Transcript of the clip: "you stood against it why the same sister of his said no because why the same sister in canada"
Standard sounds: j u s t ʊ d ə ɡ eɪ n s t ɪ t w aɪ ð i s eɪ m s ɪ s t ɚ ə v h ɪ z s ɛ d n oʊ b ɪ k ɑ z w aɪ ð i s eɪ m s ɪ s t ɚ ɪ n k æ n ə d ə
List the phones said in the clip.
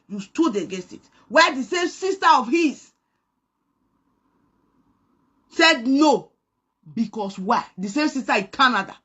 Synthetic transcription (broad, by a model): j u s t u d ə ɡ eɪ s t ɪ t w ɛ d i s eɪ m s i s t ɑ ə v h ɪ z s ɛ d n oʊ b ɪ k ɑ s w aɪ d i s eɪ m s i s t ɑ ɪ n k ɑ n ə d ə